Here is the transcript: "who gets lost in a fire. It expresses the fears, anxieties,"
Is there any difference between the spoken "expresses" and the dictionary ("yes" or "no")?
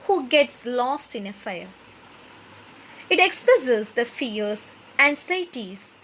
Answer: yes